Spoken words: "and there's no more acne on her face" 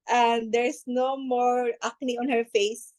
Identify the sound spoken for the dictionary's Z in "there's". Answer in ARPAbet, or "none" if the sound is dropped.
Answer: S